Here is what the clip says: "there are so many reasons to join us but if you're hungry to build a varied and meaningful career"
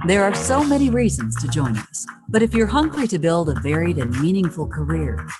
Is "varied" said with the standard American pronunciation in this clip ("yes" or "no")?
yes